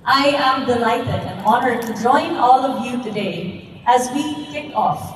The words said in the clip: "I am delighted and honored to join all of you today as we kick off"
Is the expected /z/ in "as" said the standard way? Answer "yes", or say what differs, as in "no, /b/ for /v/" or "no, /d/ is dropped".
yes